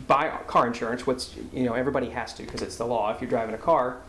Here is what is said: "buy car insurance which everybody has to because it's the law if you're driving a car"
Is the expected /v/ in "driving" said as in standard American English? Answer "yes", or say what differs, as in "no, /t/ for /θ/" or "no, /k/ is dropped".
yes